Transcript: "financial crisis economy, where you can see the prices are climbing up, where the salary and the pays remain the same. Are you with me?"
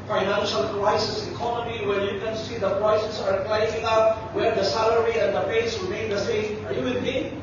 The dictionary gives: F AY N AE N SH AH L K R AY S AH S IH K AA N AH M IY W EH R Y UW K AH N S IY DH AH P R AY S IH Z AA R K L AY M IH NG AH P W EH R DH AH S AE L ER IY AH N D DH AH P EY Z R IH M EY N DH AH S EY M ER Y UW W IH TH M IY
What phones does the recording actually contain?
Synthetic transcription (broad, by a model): F AY N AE N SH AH L K R AY S AH S IH K AA N AH M IY W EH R Y UW K AH N S IY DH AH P R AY S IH S AA R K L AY IH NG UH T W EH R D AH S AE L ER IY AH N D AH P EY S R IH M EY N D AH S EY M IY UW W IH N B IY